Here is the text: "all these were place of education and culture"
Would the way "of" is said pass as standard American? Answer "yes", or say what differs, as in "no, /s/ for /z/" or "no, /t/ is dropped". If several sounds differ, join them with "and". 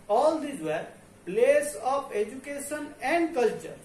no, /p/ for /v/